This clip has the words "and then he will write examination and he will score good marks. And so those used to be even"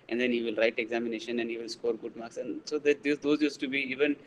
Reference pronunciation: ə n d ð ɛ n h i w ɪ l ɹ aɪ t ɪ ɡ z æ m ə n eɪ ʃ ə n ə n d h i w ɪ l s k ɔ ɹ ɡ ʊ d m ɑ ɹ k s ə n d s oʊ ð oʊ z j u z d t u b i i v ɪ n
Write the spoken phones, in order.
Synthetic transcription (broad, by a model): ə n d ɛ n h i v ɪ l ɹ aɪ t ɪ ɡ z æ m ə n eɪ ʃ ə n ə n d h i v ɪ l s k ɔ ɹ ɡ ʊ d m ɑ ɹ k s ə n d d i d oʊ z j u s t u b i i v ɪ n